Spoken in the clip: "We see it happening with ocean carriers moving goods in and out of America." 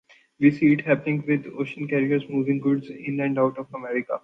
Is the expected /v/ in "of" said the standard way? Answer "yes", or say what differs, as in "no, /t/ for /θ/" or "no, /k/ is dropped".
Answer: no, /f/ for /v/